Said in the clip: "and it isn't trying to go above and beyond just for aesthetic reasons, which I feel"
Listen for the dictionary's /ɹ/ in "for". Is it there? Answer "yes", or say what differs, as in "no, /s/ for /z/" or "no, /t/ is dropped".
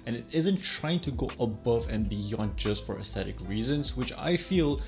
yes